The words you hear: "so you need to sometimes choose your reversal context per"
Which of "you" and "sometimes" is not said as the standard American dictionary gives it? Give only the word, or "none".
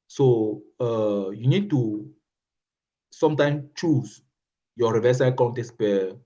sometimes